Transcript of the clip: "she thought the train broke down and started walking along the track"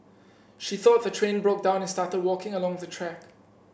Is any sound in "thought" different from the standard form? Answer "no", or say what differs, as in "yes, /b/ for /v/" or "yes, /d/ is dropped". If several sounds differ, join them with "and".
no